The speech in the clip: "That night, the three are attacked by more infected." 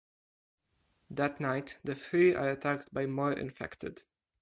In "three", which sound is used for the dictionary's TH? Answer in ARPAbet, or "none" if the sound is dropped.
F